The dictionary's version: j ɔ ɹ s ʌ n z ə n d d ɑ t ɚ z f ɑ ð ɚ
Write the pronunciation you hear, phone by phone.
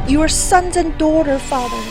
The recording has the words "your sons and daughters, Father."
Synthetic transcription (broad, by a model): j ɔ ɹ s ʌ n z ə n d d ɑ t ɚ f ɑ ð ɚ